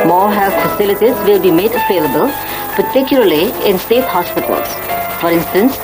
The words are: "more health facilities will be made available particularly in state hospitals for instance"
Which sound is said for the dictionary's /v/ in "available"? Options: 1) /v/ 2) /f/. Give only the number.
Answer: 2